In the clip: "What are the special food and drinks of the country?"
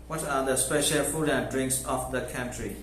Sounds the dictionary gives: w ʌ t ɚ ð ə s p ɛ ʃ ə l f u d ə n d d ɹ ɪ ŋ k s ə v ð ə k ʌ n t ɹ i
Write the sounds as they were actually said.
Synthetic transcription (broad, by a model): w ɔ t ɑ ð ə s p ɛ ʃ ə l f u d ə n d d ɹ ɪ ŋ k s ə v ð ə k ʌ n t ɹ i